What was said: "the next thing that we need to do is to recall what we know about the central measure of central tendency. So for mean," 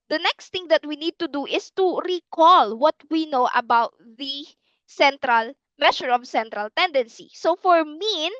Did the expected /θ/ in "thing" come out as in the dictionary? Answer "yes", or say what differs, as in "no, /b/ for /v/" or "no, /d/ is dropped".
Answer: no, /t/ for /θ/